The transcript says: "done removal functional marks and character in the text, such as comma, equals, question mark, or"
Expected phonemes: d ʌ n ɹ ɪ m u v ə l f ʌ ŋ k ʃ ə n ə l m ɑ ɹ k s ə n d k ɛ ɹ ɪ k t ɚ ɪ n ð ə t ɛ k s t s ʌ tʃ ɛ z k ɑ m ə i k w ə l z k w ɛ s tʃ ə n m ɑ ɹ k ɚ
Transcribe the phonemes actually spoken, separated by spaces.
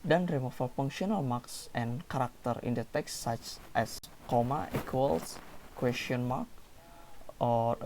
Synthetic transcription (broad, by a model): d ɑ n ɹ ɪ m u f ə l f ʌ ŋ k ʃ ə n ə l m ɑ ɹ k s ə n k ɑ ɹ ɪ k t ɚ ɪ n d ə t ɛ k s s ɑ tʃ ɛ s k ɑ m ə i k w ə l s k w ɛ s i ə n m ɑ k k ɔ